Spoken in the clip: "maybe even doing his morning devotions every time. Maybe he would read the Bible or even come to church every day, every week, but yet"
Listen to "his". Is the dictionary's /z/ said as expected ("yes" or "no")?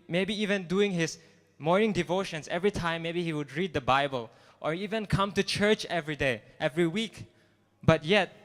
no